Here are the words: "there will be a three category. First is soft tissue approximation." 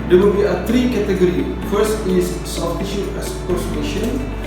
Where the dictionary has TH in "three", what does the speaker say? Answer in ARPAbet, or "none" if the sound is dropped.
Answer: T